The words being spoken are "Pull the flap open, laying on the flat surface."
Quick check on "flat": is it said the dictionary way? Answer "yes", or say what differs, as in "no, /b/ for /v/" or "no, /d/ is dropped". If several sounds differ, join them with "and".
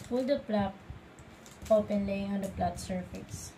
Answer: no, /p/ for /f/